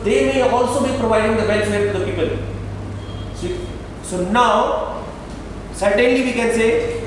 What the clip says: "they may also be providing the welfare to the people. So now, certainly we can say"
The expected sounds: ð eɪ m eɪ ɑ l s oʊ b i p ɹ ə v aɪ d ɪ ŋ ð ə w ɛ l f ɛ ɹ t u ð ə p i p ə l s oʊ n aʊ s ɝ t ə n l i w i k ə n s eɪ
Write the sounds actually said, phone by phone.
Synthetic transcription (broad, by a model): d eɪ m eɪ ɑ l s oʊ b i p ɹ ə v aɪ d ɪ ŋ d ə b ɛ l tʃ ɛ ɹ t u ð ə p i p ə l s oʊ n aʊ s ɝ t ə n l i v i k ə n s eɪ